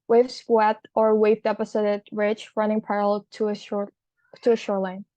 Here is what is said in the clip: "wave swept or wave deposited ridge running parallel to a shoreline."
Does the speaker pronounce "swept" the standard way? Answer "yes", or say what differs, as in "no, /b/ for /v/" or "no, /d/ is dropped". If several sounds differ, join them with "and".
no, /p/ is dropped